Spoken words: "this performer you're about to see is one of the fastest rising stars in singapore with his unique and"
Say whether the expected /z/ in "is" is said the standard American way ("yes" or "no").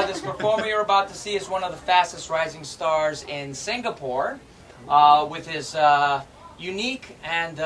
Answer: yes